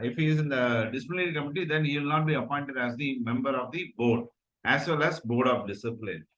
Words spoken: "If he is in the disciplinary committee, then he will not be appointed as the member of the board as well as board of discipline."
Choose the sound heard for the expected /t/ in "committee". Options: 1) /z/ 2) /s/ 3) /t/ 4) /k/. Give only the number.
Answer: 3